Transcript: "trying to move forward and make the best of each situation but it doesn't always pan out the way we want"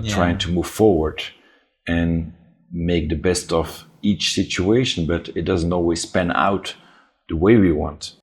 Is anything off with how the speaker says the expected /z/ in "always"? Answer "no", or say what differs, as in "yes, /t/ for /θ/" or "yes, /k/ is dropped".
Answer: yes, /s/ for /z/